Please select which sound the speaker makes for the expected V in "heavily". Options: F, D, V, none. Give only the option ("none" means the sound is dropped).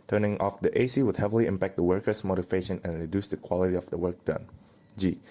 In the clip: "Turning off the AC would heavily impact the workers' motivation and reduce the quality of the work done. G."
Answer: V